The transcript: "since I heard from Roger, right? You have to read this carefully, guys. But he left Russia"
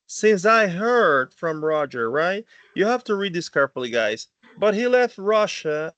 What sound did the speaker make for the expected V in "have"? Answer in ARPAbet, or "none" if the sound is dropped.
F